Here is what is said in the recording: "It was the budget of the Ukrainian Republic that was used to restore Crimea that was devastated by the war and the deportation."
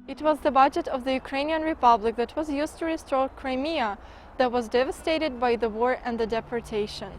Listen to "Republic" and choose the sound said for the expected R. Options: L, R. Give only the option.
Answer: R